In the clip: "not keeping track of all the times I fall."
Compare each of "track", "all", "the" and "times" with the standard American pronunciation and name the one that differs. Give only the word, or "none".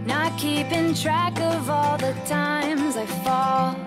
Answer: none